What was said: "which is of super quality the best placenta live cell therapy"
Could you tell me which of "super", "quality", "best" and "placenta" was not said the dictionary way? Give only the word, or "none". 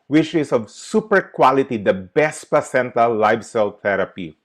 placenta